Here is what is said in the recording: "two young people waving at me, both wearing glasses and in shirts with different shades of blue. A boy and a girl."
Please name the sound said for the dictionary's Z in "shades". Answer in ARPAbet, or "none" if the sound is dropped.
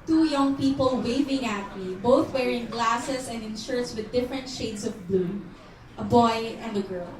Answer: S